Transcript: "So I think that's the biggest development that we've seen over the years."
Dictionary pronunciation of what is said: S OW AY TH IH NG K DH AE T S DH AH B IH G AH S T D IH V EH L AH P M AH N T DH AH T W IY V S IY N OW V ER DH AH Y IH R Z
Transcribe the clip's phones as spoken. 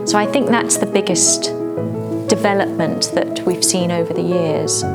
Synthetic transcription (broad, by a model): S OW AY TH IH NG K DH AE T S DH AH B IH G AH S T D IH V EH L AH P M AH N DH AH T W IY V S IY N OW V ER DH AH Y IH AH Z